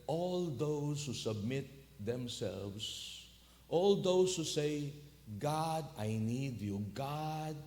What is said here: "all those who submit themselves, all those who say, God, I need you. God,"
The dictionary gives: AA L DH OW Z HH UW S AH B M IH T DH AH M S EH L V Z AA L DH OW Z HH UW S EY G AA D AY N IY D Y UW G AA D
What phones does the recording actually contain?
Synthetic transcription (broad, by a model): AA L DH OW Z HH UW S AH B M IH T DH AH M S EH L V S AA L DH OW S HH UW S EY G AA D AY N IY D Y UW G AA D